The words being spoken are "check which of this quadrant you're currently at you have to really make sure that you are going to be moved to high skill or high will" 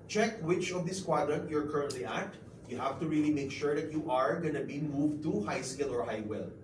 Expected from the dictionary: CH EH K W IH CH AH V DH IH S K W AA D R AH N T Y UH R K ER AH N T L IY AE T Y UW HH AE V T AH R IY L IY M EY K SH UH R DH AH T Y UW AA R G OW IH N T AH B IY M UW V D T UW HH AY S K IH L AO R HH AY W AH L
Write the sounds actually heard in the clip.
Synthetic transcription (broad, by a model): CH EH K W IH CH AH V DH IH S K W AA D R AH N T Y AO R K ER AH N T L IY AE T Y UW HH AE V T AH R IY L IY M EY K SH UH R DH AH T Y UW AA R G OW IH N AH B IY M UW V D T UW HH AY S K IH L AO R HH AY W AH L